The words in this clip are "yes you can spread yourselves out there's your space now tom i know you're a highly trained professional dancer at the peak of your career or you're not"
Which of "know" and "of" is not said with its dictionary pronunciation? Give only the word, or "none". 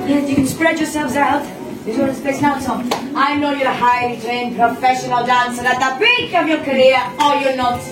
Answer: none